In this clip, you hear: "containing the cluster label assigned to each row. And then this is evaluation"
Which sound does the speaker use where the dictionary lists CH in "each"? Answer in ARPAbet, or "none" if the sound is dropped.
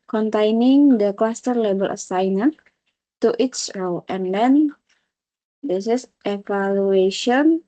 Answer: S